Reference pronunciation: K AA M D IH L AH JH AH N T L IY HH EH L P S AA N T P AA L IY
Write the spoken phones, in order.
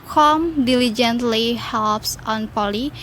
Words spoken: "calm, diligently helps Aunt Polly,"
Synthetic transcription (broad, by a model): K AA M D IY L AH JH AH N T L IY HH EH L P S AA N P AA L IY